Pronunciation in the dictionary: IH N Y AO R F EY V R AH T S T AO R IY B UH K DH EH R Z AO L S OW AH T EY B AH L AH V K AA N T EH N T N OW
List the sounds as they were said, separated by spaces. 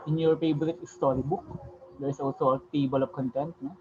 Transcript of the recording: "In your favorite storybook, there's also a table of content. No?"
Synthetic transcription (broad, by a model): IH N Y AO R P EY B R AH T S T AO R IY B UH K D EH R S AO L S OW AH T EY B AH L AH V K AA N T EH N T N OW